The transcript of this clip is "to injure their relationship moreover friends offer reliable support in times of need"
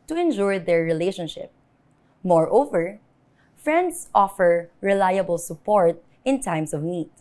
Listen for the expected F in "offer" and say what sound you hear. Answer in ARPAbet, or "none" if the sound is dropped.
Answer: F